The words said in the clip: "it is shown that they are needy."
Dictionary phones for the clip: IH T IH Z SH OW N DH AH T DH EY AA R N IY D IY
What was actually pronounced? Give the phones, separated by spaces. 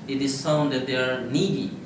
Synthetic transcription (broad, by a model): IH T IH Z S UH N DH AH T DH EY AA R N IY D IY